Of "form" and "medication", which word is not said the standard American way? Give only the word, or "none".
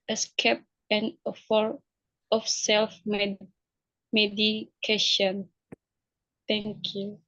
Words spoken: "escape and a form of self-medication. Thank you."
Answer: form